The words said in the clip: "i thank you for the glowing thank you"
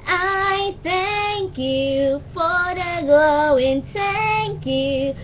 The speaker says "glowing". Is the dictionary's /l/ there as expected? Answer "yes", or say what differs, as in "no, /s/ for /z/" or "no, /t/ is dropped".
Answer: no, /l/ is dropped